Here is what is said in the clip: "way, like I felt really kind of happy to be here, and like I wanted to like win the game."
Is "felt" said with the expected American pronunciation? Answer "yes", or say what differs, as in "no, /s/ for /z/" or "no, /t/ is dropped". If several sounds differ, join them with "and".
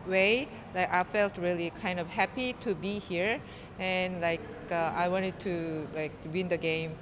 yes